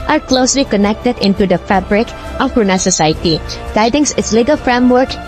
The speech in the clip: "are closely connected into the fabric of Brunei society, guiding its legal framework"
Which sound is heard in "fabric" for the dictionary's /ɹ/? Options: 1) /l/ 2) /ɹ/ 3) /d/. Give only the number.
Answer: 2